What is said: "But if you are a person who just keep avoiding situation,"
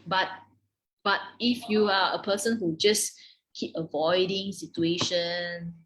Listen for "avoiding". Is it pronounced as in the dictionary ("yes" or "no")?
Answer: yes